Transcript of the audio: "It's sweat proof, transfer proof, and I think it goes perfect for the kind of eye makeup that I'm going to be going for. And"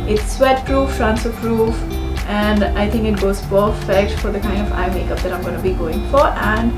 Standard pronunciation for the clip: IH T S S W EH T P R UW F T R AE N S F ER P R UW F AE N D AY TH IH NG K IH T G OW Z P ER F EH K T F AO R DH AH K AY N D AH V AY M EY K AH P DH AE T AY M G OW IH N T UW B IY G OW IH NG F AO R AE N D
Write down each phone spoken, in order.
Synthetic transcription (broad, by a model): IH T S S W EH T P R UW F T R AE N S ER P R UW F AE N D AY T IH NG K IH T G OW Z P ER F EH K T F AO R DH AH K AY N D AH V AY M EY K AH P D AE T AY M G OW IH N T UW B IY G OW IH NG F AO R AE N D